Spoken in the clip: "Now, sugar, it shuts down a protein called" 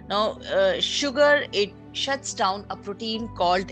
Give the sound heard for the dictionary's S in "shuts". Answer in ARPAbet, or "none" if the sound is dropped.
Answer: S